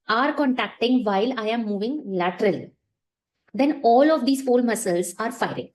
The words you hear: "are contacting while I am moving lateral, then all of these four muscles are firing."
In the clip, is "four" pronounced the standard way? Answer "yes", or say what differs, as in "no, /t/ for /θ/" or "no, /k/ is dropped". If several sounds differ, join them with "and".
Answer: no, /l/ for /ɹ/